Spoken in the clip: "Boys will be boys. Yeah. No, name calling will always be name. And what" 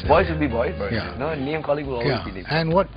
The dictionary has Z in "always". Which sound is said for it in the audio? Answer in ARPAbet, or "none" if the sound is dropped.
none